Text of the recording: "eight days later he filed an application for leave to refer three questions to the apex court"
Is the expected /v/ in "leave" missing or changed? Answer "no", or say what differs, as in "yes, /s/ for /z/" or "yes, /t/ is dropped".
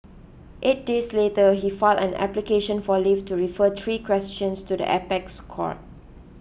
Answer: yes, /f/ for /v/